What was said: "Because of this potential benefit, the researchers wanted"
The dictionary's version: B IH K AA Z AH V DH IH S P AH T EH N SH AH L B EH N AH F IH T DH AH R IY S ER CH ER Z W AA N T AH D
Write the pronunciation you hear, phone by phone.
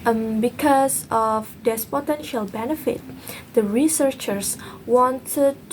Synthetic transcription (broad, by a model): B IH K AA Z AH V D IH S P AH T EH N SH AH L B EH N AH F IH T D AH R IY S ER CH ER S W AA N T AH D